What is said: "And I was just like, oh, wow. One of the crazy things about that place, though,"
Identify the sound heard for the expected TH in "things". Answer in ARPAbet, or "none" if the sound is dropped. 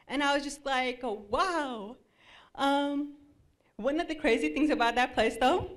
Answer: TH